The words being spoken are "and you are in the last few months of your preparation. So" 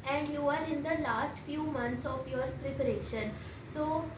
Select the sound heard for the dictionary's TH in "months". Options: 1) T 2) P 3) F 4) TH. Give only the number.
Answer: 1